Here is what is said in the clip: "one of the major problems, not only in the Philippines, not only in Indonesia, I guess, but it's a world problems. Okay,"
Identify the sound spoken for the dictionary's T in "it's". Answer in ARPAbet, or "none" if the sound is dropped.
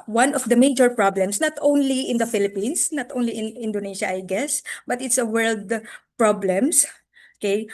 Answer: T